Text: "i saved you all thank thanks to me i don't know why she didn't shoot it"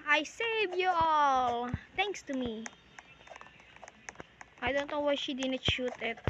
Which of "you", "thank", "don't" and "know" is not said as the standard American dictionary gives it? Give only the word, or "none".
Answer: thank